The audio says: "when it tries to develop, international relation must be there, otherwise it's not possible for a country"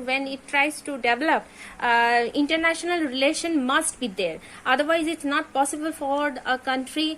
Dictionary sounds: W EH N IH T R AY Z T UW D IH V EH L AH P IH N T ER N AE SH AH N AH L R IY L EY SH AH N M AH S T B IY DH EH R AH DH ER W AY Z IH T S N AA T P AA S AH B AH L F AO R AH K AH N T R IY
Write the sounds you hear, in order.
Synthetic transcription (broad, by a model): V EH N IH T R AY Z T UW D IH V EH L AH P IH N T ER N AE SH AH N AH L R IY L EY SH AH N M AH S T B IY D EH R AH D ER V AY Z IH T S N AA T P AA S AH B AH L F AO R AH K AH N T R IY